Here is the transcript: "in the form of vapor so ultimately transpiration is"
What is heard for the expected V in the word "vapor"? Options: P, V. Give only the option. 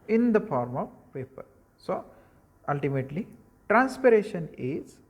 P